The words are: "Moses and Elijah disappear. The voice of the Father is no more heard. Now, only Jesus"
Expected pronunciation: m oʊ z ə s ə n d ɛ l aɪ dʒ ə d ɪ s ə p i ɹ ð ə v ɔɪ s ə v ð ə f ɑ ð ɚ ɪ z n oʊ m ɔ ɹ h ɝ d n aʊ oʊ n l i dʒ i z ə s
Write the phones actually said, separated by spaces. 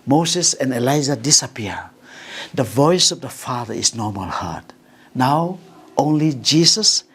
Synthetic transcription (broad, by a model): m oʊ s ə s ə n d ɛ l aɪ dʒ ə d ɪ s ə p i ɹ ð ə v ɔɪ s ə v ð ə f ɑ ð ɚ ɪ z n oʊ m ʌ l h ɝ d n aʊ oʊ n l i dʒ i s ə s